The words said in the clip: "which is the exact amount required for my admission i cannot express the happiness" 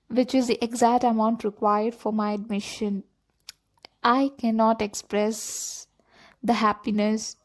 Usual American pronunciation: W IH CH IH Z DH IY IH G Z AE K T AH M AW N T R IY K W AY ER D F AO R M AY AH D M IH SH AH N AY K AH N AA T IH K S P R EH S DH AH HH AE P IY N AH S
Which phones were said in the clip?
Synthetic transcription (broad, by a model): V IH CH IH Z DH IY IH G Z AE K T AH M AW N T R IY K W AY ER D F AO R M AY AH D M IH SH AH N AY K AH N AA T IH K S P R EH S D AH HH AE P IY N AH S